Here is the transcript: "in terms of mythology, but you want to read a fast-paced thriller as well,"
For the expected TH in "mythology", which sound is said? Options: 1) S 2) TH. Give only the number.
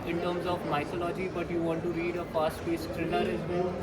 1